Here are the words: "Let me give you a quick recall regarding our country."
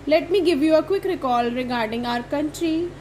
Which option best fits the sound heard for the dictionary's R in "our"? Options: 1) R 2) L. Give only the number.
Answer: 1